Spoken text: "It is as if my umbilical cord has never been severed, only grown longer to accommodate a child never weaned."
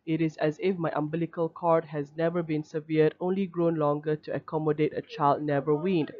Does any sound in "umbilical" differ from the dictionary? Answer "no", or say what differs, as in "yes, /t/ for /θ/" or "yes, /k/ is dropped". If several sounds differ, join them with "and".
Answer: no